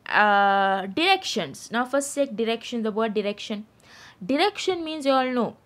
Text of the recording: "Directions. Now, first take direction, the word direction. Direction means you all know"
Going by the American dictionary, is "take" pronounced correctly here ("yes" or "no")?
no